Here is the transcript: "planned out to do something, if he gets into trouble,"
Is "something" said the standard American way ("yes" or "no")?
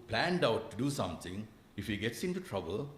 no